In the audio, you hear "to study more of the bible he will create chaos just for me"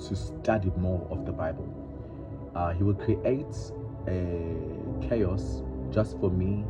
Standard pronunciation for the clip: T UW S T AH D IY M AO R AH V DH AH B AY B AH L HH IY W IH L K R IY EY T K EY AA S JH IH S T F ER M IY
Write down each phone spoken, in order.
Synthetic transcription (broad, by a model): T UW S T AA D IY M AO R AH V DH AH B AY B AH L HH IY W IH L K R IY EY T K EY AA S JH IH S T F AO M IY